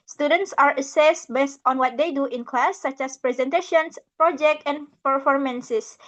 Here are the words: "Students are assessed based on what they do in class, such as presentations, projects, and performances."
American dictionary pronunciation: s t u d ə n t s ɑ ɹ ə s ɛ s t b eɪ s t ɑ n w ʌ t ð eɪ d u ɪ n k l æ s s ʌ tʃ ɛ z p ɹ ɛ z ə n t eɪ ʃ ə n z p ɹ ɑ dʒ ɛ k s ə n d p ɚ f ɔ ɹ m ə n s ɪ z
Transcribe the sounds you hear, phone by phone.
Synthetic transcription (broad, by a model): s t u d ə n t s ɑ ɹ ə s ɛ s t b eɪ s t ɑ n w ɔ t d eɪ d u ɪ n k l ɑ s s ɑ tʃ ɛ s p ɹ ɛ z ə n t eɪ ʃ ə n s p ɹ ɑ dʒ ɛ k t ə n p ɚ f ɔ ɹ m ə n s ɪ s